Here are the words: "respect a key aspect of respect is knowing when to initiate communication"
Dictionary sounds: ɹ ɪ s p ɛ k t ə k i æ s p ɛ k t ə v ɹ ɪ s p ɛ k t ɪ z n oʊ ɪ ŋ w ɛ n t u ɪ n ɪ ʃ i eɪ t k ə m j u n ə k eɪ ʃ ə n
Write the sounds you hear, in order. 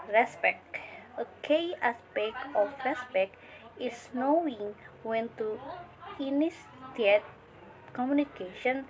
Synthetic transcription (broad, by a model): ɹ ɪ s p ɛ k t ə k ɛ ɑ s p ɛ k ə f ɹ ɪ s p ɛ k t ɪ s n oʊ ɪ ŋ w ɛ n t u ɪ n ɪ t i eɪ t k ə m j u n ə k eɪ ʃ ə n